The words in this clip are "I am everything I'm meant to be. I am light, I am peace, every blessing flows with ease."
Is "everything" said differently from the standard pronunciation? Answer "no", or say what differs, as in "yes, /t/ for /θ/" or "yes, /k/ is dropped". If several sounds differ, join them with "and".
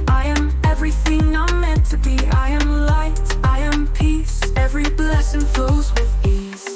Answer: no